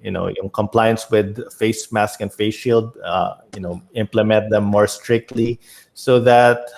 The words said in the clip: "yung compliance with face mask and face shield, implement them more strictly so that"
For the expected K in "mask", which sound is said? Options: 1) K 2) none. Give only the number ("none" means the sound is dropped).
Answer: 1